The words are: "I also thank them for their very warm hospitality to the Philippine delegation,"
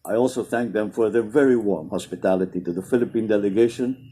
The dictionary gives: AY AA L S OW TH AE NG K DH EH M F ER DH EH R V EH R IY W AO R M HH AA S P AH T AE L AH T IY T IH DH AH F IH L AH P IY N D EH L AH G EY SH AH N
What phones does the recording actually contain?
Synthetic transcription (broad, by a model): AY AA L S OW TH AE NG K DH EH M F ER DH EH R V EH R IY W AO R M HH AA S P AH T AE L AH T IY T IH DH AH F IH L AH P IY N D EH L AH G EY SH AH N